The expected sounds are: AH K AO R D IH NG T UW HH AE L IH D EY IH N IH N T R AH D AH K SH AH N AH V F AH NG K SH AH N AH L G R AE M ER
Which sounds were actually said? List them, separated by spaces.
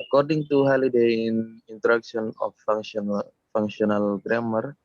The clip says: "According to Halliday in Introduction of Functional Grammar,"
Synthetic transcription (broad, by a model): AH K AO R D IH NG T UW HH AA L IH D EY IH N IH N T AH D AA K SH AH N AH F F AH NG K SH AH N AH L G R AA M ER